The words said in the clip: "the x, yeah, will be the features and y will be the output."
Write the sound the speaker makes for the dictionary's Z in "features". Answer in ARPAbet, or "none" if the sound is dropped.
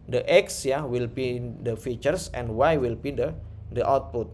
S